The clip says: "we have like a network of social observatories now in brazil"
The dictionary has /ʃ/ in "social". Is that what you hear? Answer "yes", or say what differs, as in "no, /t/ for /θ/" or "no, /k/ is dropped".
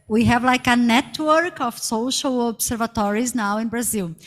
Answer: yes